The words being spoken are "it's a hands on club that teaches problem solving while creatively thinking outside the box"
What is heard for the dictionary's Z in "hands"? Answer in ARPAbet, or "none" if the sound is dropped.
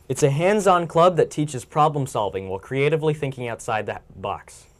Z